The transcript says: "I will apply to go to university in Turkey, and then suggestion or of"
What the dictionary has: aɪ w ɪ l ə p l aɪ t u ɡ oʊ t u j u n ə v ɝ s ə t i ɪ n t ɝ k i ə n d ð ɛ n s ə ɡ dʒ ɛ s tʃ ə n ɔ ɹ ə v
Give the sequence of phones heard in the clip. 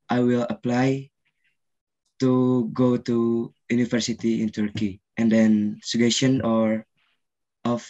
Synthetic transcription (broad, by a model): aɪ w ɪ l ə p l aɪ t u ɡ oʊ t u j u n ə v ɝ s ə t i ɪ n t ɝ k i ə n d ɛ n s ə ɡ ɛ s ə n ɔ ɹ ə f